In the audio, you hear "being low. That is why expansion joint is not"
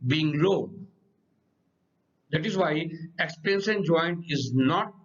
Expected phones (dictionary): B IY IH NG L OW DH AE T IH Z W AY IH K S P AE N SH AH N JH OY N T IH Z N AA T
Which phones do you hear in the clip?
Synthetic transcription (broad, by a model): B IY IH NG L OW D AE T IH Z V AY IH K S P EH N S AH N JH OY N T IH Z N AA T